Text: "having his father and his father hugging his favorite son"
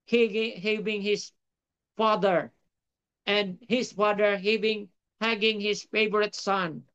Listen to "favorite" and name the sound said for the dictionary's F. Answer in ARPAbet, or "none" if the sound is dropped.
F